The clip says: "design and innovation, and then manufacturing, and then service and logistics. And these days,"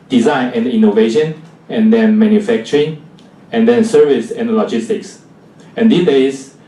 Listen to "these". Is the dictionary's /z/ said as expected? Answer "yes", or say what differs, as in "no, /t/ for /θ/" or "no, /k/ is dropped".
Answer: no, /z/ is dropped